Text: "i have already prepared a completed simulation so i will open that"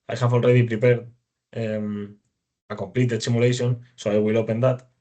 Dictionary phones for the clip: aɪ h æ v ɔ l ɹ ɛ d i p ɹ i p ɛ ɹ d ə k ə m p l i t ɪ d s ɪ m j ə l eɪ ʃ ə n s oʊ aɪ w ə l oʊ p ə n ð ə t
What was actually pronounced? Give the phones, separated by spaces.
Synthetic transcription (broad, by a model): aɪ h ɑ f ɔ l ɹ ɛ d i p ɹ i p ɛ ɹ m ə k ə m p l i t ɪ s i m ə l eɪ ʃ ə n s oʊ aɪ w ə l oʊ p ə n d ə t